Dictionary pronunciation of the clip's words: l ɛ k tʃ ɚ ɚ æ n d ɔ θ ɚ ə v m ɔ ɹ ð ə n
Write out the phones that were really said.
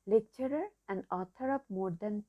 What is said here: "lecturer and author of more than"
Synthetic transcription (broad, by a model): l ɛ k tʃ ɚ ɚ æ n d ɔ t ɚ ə p m ɔ ɹ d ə n